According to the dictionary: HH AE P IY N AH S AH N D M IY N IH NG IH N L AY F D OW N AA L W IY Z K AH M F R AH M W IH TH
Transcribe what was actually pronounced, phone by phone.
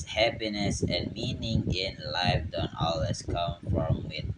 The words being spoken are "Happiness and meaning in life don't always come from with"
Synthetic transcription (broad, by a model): HH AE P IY N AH S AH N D M IY N IH NG IH N L AY F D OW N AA L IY S K AH M F R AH M W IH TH